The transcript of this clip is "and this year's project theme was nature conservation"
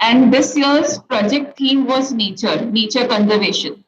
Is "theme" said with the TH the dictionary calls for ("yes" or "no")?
no